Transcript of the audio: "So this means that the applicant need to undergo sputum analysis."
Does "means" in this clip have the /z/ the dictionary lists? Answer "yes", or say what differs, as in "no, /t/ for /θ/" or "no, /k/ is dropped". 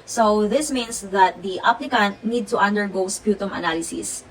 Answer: no, /s/ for /z/